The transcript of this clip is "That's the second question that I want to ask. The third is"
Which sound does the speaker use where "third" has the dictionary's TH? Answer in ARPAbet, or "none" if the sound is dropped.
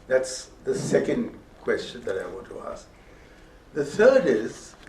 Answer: TH